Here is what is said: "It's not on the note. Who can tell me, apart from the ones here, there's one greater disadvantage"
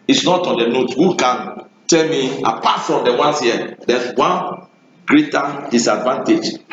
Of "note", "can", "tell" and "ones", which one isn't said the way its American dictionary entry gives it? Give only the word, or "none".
ones